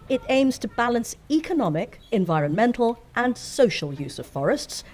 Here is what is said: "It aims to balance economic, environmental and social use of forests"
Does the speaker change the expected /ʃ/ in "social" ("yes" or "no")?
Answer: no